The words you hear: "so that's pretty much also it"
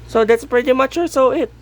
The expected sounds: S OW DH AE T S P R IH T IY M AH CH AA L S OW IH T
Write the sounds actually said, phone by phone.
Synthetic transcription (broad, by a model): S OW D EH T S P R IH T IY M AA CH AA S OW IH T